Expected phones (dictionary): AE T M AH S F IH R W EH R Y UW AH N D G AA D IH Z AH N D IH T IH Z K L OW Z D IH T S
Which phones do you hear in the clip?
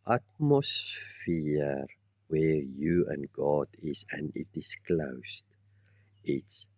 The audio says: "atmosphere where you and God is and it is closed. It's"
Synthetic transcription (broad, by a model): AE T M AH S F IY R W EH R Y UW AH N G AA D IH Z AH N D IH T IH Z K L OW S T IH T S